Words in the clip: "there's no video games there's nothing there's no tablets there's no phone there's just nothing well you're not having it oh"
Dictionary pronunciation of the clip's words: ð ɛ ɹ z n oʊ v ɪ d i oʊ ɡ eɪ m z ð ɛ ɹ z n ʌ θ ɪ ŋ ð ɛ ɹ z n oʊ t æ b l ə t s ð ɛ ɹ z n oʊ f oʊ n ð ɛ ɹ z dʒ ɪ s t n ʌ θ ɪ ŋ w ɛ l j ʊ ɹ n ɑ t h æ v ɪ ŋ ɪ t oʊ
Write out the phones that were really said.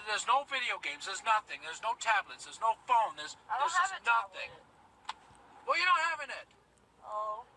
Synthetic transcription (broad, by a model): ð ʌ ɹ z n oʊ v ɪ d i oʊ ɡ eɪ m z ð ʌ ɹ z n ʌ θ ɪ ŋ ð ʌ ɹ z n oʊ t æ b l ə t s ð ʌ ɹ z n oʊ f oʊ n ð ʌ ɹ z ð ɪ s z n ʌ θ ɪ ŋ w ɛ l j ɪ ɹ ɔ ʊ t h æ v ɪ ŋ ɪ t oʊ